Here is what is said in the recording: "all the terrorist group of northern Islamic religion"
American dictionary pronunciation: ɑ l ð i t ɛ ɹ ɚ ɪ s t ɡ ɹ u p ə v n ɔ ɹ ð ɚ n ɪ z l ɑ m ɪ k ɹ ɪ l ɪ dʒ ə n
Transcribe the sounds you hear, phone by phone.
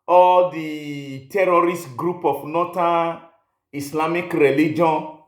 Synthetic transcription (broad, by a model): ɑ l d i t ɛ ɹ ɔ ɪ s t ɡ ɹ u p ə f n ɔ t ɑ n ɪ s l ɑ m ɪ k ɹ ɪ l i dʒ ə n